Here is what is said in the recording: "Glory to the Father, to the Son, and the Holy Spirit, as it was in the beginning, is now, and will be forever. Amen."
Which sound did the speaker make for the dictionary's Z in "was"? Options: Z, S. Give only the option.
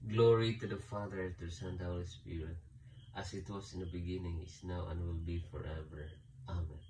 S